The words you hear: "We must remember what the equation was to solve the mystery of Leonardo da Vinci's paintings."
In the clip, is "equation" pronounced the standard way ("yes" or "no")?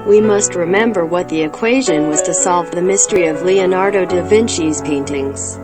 yes